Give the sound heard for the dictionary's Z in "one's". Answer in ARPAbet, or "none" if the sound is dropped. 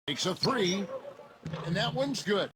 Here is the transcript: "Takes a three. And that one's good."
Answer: Z